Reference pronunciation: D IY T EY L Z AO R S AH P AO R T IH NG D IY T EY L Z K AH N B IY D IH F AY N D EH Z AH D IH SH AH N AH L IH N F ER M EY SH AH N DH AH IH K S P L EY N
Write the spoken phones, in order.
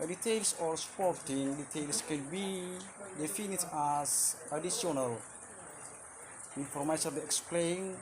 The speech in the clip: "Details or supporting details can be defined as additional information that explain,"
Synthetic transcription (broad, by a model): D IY T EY L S AO R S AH P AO R T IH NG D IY T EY L S K AH N B IY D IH F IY N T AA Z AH D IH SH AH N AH L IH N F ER M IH S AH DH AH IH K S P L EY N